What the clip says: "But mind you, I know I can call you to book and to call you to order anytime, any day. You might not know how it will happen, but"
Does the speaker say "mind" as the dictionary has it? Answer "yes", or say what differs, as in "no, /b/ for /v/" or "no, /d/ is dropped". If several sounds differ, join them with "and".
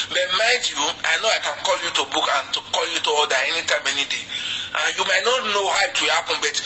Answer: no, /n/ is dropped